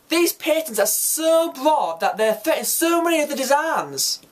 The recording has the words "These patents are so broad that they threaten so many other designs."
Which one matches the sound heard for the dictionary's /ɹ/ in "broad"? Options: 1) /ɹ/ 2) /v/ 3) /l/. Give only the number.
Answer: 3